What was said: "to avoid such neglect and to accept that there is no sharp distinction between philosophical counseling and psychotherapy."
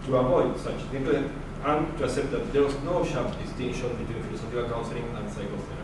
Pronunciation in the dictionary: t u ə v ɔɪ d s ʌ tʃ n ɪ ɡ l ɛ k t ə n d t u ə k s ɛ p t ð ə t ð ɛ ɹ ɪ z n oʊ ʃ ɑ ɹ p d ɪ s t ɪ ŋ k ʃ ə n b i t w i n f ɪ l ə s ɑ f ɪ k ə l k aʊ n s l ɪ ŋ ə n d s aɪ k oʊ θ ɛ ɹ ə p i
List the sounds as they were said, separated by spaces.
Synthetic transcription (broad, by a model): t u ə v ɔɪ d s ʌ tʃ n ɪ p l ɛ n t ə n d t u ə k s ɛ p t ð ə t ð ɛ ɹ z n oʊ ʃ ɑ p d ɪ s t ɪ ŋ ʃ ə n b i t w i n f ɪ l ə s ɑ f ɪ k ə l k aʊ n s l ɪ ŋ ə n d s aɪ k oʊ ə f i